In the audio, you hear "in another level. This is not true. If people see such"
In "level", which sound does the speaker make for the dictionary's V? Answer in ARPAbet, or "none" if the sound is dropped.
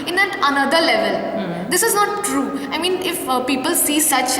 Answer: V